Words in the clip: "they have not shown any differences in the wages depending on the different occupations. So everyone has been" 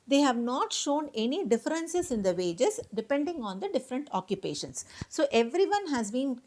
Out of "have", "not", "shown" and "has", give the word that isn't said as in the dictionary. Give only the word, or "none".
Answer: none